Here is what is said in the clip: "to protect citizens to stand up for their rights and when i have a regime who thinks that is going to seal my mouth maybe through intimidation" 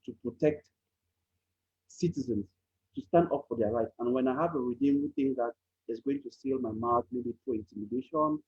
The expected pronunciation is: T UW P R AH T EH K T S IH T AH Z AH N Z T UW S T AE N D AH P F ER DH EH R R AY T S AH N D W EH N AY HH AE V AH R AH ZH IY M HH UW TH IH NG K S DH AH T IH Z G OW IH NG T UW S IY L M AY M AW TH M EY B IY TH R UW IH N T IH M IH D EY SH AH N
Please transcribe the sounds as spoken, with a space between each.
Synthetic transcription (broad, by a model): T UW P R AH T EH K T S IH T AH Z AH N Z T UW S T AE N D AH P F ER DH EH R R AY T AH N W EH N AY HH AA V AH R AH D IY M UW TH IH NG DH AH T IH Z G OW IH NG T UW S IY L M AY M AW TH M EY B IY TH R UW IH N T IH M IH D EY SH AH N